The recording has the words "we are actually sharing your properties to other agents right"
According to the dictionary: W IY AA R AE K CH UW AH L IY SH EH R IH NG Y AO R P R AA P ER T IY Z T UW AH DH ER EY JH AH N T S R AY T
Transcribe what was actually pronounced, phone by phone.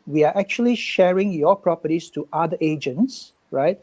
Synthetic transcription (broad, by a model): W IY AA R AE K CH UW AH L IY SH EH R IH NG Y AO P R AA P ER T IY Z T UW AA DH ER EY JH AH N T S R AY T